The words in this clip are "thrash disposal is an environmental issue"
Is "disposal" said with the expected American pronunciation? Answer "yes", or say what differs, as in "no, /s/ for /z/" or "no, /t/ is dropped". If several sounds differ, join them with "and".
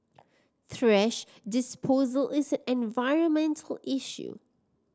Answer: yes